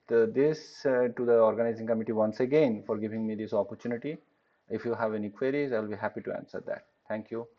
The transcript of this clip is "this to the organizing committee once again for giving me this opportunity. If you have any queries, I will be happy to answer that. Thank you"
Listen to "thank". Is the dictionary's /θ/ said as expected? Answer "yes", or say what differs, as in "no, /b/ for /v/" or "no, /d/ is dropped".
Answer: no, /t/ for /θ/